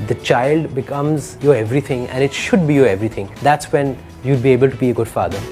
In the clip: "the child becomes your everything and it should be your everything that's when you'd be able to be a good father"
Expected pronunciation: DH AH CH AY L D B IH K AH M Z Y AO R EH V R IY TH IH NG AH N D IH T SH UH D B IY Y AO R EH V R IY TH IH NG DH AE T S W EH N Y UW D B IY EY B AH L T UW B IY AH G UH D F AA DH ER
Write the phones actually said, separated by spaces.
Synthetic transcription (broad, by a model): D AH CH AY L D B IH K AH M Z Y AO R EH V R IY T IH NG AH N D IH T SH UH D B IY Y AO R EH V R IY T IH NG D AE T S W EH N Y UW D B IY EY B AH L T UW B IY AH G UH D F AA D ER